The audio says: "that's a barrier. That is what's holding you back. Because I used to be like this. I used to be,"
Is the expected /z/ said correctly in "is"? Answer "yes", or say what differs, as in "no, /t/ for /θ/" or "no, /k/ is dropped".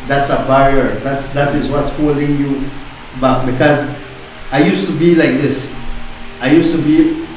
yes